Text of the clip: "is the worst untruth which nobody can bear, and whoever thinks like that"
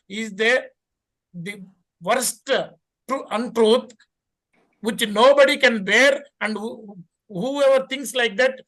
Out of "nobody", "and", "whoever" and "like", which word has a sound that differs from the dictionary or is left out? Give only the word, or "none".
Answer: none